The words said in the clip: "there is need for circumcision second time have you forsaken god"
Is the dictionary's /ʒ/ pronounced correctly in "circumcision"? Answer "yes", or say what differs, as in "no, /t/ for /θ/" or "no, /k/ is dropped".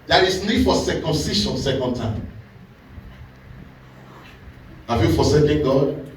no, /ʃ/ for /ʒ/